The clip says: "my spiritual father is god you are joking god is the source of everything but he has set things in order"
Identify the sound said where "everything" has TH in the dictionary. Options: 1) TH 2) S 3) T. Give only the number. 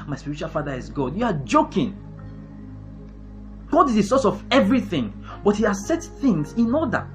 1